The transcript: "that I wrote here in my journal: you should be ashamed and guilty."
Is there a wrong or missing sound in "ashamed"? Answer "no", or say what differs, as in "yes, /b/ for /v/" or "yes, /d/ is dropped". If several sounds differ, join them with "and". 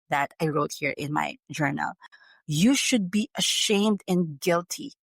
no